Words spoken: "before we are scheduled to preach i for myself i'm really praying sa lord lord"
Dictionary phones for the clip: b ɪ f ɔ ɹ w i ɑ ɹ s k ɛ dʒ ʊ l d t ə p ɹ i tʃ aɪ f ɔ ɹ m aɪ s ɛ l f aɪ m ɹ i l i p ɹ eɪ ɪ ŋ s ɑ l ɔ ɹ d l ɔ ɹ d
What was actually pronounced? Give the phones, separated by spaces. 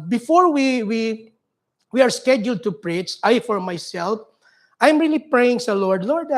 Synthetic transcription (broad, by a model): b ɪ f ɔ ɹ w i ɑ ɹ s k ɛ dʒ ʊ l d t ə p ɹ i s aɪ f ɔ ɹ m aɪ s ɛ l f aɪ m ɹ i l i p ɹ eɪ ɪ ŋ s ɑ l ɔ ɹ d l ɔ ɹ d